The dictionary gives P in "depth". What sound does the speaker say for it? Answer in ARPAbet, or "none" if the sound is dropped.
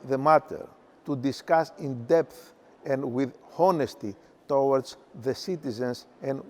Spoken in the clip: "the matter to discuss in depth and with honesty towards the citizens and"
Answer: P